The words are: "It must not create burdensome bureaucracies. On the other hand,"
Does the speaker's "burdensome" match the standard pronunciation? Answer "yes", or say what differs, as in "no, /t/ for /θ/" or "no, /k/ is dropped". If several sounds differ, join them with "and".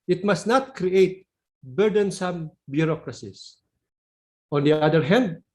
yes